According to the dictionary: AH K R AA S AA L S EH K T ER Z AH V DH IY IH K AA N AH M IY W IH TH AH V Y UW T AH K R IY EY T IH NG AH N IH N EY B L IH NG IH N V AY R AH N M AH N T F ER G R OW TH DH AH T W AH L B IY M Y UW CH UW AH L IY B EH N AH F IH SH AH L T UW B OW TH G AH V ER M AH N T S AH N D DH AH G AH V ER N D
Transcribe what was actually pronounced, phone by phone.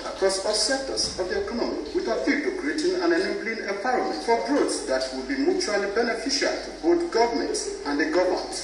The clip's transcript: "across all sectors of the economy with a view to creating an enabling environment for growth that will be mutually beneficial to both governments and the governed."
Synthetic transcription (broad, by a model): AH K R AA S AA L S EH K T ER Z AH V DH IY IH K AA N AH M IY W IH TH AH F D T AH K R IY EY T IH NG AH N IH N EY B L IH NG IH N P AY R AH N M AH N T F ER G R OW S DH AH T W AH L B IY M Y UW CH UW AH L IY B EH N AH F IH SH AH L T UW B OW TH G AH V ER M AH N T S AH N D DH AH G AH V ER N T